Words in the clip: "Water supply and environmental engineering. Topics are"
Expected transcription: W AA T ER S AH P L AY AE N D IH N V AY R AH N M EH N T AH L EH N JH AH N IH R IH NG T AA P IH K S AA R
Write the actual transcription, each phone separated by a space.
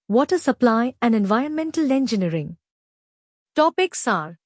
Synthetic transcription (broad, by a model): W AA T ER S AH P L AY AE N D IH N V AY R AH N M EH N T AH L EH N JH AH N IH R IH NG T AA P IH K S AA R